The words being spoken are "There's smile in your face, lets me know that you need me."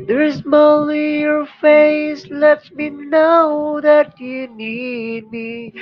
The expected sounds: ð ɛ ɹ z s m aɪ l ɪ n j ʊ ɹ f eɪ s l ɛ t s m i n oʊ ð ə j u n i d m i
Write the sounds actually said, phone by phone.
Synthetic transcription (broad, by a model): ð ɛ ɹ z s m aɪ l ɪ j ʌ ɹ f eɪ s l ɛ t m i n oʊ ð ə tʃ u n i d m i